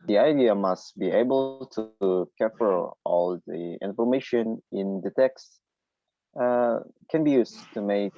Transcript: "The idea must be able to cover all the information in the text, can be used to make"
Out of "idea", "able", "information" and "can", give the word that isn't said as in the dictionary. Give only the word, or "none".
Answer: none